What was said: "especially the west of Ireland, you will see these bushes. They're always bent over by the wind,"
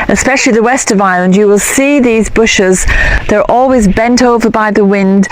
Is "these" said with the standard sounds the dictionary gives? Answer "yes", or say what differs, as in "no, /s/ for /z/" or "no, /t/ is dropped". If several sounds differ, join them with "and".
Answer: yes